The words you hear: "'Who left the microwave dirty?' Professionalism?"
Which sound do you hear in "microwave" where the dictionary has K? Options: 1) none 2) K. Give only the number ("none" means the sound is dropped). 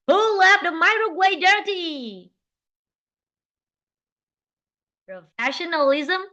1